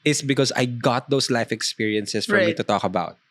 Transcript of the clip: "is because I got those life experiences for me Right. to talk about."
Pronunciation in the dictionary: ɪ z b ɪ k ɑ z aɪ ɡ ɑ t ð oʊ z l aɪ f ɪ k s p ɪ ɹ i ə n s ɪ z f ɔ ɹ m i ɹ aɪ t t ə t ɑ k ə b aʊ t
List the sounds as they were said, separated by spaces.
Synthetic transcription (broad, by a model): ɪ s b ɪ k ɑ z aɪ ɡ ɑ t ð oʊ s l aɪ f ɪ k s p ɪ ɹ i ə n s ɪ s f ɔ ɹ m i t t ə t ɑ k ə b aʊ t